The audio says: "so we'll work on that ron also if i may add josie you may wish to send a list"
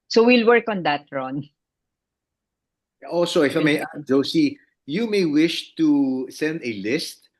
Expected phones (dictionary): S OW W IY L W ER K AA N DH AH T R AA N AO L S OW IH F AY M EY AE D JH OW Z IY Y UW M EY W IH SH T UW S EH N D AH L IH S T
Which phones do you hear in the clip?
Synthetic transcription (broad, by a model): S OW W IY L W ER K AA N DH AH T R AA N AO L S OW IH F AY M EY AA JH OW S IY Y UW M EY W IH SH T UW S EH N D AH L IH S T